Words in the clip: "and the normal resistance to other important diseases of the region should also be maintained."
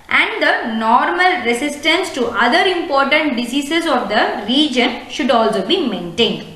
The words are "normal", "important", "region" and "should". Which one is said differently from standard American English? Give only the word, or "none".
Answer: none